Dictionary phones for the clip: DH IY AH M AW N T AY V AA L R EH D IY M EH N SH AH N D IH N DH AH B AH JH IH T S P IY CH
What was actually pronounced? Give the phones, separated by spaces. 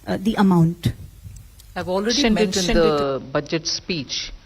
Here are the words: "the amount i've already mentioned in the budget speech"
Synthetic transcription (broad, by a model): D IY AH M AW N T AY V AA L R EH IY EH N AH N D IH N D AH B AH JH IH T S P IY CH